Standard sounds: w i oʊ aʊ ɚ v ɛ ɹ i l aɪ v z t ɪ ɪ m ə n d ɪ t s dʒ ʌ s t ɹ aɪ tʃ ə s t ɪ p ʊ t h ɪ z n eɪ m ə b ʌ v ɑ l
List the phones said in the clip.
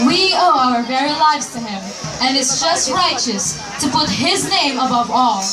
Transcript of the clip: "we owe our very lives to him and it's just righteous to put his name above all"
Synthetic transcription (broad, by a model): w i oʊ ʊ ɚ v ɛ ɹ i l aɪ v z t ɪ ɪ m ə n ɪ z dʒ ʌ s t ɹ aɪ tʃ ə s t ɪ p ʊ t h ɪ z n eɪ m ə b ʌ v ɑ l